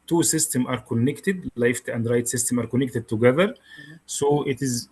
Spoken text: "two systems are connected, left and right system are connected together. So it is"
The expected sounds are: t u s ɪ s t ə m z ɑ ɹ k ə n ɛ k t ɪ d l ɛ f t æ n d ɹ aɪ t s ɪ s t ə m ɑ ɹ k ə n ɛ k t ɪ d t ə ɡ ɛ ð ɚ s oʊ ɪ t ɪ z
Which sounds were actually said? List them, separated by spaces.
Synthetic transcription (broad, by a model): t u s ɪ s t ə m ɑ ɹ k ə n ɛ k t ɪ d l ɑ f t æ n d ɹ aɪ t s ɪ s t ə m ɑ ɹ k ə n ɛ k t ɪ d t ə ɡ ɛ ð ɚ s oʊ ɪ t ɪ z